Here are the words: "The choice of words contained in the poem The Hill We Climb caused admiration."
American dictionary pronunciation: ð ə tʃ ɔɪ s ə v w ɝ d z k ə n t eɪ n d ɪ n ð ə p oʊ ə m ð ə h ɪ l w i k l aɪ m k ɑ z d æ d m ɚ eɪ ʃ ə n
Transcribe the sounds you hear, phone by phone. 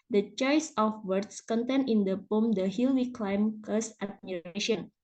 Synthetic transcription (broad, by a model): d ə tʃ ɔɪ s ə f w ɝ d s k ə n t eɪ n ɪ n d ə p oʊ m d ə h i l w i k l aɪ m k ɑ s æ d m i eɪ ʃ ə n